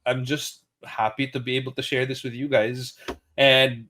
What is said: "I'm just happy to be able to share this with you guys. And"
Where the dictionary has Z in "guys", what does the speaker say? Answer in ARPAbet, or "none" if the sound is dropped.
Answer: Z